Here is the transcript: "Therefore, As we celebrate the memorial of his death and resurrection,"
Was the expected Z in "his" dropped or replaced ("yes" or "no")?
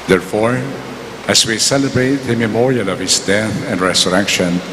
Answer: yes